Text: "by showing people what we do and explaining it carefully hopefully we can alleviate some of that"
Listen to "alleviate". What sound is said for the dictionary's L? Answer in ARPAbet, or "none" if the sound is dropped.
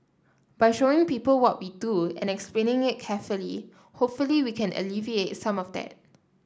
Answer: L